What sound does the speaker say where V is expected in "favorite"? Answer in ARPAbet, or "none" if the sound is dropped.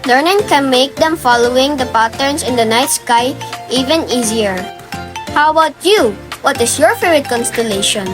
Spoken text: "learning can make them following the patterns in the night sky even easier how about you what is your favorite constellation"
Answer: none